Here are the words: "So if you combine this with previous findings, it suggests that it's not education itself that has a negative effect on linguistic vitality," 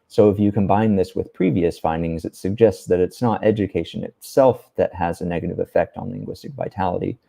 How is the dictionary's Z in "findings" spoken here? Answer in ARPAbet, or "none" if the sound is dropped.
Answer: Z